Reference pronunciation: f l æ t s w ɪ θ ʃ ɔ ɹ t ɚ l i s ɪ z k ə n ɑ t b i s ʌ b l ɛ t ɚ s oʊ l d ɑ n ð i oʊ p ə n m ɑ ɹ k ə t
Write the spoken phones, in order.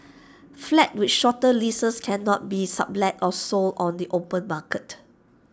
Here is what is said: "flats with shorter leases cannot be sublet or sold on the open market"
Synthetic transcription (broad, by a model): f l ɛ t w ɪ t ʃ ɔ t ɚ l i s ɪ s k ə n ɑ t b i s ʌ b l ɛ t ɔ s oʊ l ɑ n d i oʊ p ə n m ɑ k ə t